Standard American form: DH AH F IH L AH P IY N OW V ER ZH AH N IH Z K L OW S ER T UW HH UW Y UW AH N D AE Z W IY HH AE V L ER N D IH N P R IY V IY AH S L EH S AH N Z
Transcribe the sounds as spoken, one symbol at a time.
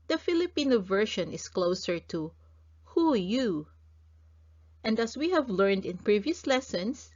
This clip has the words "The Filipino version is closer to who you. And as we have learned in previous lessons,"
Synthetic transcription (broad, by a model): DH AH F IH L AH P IY N OW V ER SH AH N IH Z K L OW S ER T UW HH UW Y UW AH N D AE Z W IY HH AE V L ER N D IH N P R IY V IY AH S L EH S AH N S